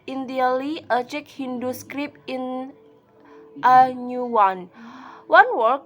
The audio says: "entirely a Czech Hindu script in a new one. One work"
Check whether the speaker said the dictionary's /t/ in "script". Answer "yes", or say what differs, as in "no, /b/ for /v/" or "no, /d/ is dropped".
no, /t/ is dropped